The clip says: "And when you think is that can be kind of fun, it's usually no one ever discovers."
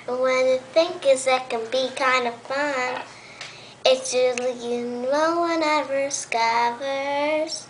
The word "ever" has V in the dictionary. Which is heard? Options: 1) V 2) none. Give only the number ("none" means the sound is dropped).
2